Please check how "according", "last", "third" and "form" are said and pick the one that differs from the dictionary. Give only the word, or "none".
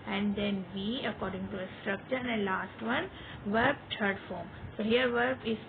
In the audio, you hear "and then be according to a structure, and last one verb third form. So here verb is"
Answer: third